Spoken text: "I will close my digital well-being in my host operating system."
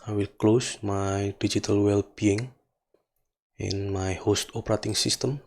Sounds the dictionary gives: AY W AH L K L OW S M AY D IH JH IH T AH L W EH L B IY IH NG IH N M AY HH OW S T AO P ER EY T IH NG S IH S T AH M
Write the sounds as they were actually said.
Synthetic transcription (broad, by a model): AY W AH L K L OW S M AY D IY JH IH T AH L W EH L B IY IH NG IH N M AY HH OW S T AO P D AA T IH NG S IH S T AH M